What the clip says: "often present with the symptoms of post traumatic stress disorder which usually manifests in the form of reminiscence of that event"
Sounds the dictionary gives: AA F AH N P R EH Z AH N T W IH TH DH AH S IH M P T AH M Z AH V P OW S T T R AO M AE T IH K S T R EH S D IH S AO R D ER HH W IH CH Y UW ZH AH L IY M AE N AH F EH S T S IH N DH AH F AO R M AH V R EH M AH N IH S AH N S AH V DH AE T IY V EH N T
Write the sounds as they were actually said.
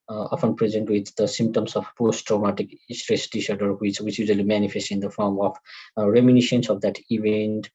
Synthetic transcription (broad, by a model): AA F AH N P R EH Z AH N T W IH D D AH S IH M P T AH M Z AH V P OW S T T R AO M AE T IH K S T R EH S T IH SH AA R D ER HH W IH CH Y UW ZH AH L IY M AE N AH F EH S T IH N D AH F AO R M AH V R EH M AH N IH SH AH N S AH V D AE T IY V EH N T